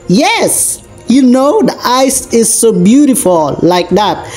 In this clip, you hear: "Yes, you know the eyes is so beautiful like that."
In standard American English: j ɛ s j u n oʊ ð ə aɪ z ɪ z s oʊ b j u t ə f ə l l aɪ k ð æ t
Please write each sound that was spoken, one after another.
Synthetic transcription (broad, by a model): j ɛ s j u n oʊ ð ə aɪ s ɪ z s oʊ b j u t ə f ə l l aɪ k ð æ t